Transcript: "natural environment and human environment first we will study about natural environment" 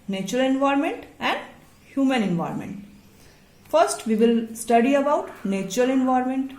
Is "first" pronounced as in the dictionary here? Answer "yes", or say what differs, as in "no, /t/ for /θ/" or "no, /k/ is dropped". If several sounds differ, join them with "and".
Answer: yes